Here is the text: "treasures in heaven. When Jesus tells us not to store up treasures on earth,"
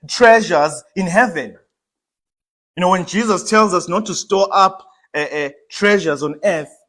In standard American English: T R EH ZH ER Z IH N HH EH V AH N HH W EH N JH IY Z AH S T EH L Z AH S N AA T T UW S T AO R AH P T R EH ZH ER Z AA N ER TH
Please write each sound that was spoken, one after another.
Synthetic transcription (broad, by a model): T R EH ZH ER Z IH N HH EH V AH N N W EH N JH IY Z AH S T EH L Z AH S N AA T T UW S T AO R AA P T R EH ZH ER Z AA N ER TH